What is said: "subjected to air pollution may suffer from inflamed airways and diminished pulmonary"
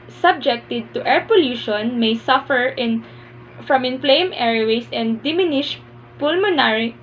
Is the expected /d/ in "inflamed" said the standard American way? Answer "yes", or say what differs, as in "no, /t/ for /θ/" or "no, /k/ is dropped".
no, /d/ is dropped